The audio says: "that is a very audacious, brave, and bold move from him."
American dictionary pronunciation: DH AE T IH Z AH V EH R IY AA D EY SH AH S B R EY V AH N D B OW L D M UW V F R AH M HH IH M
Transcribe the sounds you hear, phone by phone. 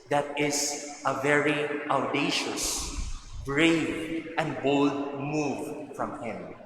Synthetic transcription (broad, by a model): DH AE T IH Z AH V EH R IY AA D EY SH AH S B R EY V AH N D B OW L D M UW V F R AH M HH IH M